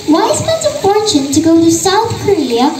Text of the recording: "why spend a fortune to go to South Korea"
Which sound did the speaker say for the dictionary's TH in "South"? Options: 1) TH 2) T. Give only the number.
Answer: 1